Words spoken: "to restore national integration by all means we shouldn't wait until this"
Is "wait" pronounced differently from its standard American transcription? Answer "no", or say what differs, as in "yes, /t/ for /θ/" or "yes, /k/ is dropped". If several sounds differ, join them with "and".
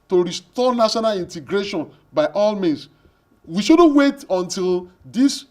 no